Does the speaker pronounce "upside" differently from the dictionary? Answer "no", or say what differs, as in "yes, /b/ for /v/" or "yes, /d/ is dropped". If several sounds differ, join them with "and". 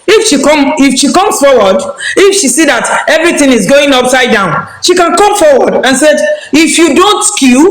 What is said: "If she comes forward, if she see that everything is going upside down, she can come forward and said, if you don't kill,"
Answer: no